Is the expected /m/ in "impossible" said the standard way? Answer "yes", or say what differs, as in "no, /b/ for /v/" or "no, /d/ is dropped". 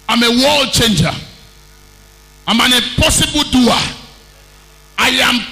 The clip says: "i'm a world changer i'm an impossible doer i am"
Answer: no, /m/ is dropped